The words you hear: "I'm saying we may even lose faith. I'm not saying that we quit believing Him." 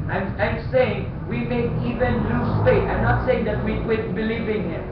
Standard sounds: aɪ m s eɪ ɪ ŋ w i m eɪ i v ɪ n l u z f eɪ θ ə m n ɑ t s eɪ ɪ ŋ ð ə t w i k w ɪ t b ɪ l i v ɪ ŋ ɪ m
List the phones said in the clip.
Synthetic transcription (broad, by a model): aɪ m s eɪ ɪ ŋ w i m eɪ i v ɪ n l u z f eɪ t ə m n ɑ t s eɪ ɪ ŋ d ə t w i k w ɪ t b ɪ l i v ɪ ŋ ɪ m